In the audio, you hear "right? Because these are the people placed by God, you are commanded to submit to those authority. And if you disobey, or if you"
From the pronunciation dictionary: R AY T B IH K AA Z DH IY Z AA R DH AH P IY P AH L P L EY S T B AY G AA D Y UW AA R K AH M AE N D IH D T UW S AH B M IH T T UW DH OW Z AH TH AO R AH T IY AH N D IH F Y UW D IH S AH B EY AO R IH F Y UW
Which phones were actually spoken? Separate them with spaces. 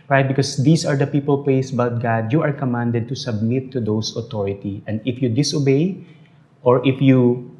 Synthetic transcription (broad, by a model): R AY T B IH K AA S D IY S AA R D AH P IY P AH L P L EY S B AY G AA D Y UW AA R K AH M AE N D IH D T UW S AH B M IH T T UW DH OW S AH T AO R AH T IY AH N D IH F Y UW D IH S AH B EY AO R IH F Y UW